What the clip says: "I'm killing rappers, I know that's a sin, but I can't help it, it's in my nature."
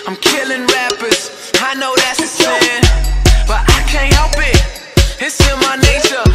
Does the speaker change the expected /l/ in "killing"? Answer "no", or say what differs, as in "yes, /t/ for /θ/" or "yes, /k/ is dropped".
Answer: no